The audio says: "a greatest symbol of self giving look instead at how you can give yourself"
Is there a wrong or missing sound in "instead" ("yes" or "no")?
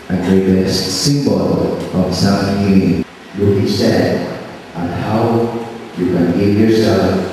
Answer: yes